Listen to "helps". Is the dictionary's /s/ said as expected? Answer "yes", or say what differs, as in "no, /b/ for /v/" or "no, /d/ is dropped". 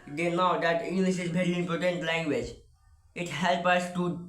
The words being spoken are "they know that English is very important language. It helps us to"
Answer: no, /s/ is dropped